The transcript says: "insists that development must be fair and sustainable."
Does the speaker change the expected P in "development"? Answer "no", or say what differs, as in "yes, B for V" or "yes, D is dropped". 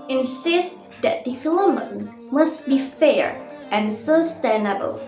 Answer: yes, P is dropped